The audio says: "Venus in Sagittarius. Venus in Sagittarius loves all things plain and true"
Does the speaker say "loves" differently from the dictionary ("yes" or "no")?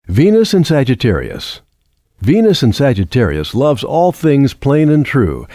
no